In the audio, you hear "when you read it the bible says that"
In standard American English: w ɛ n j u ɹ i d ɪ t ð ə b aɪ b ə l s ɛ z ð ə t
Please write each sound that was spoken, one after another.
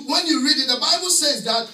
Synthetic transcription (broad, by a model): w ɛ n j u ɹ i d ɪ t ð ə b aɪ b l s ɛ z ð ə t